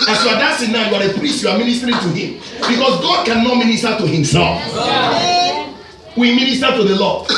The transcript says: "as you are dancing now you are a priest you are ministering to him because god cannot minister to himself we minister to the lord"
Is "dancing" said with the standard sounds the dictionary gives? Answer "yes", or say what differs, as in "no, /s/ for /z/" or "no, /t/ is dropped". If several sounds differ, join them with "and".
no, /n/ is dropped